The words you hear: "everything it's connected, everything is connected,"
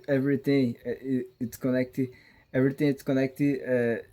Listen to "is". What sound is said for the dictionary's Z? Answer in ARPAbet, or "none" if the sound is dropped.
S